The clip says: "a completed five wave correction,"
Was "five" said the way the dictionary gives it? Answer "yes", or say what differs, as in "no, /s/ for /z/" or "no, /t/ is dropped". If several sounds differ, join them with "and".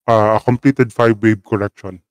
no, /b/ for /v/